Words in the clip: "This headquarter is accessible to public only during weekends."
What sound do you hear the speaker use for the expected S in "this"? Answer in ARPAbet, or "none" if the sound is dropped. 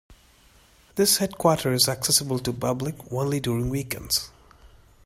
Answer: S